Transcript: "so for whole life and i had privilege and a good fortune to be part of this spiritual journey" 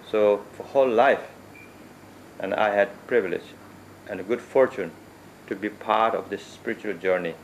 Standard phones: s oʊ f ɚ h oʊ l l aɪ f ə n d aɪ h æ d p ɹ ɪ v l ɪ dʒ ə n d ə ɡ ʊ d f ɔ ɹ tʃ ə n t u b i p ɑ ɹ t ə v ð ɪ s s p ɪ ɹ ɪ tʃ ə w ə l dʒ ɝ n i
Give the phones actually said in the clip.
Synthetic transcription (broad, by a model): s oʊ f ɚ h oʊ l l aɪ f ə n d aɪ h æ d p ɹ ɪ v l ɪ dʒ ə n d ɡ ʊ d f ɔ ɹ tʃ ə n t u b i p ɑ ɹ t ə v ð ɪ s s p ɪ ɹ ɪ tʃ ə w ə l dʒ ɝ n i